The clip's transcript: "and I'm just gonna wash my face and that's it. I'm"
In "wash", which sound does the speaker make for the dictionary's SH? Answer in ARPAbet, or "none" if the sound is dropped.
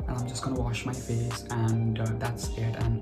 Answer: SH